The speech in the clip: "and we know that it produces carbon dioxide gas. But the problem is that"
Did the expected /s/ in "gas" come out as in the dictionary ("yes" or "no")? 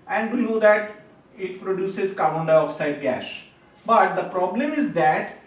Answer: no